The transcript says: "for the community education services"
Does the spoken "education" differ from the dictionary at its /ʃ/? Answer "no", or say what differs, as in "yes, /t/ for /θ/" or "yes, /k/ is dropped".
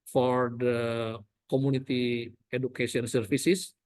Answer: yes, /s/ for /ʃ/